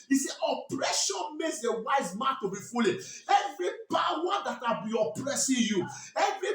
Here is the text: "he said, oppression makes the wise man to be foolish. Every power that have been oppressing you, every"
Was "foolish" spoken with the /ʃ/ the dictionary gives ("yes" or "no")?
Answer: no